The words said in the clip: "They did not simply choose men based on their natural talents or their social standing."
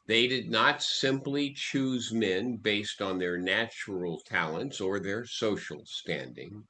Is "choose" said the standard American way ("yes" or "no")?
yes